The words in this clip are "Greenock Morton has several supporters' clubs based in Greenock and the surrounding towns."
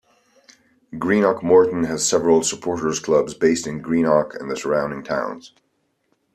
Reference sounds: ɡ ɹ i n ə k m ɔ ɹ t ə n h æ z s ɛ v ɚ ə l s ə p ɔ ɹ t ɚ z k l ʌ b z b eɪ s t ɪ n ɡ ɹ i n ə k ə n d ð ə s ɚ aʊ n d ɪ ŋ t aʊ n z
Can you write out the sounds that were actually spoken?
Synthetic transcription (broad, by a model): ɡ ɹ i n ə k m ɔ ɹ t n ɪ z s ɛ v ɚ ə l s ə p ɔ ɹ t ɚ z k l ʌ b z b eɪ s t ɪ n ɡ ɹ i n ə k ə n ð ə s ɚ aʊ n d ɪ ŋ t aʊ n z